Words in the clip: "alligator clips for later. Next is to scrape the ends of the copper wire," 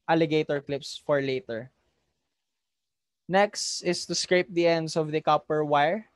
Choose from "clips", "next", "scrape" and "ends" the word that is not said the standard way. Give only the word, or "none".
ends